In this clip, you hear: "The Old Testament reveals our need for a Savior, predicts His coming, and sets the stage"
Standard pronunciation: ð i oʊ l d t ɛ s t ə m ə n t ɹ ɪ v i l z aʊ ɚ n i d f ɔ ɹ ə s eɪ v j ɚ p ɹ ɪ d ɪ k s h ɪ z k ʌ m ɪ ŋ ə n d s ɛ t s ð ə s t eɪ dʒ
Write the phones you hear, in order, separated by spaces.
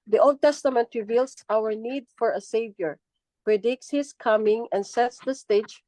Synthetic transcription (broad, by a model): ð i oʊ l d t ɛ s t ə m ə n t ɹ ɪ v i l s aʊ ɚ n i d f ɔ ɹ ə s eɪ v j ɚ p ɹ ɪ d ɪ k s h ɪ s k ʌ m ɪ ŋ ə n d s ɛ t s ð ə s t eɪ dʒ